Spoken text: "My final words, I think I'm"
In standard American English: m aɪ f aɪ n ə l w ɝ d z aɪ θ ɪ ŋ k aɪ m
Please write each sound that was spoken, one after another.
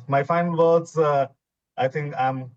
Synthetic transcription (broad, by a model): m aɪ f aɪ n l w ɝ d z aɪ t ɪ ŋ k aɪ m